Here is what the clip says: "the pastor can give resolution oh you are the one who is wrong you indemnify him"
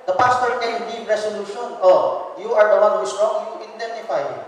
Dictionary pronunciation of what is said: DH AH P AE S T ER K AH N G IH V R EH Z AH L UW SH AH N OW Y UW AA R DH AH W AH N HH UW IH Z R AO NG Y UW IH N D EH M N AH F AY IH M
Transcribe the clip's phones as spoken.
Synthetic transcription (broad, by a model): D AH P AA S T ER K AH N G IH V R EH S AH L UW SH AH N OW Y UW AA R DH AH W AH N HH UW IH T R AO NG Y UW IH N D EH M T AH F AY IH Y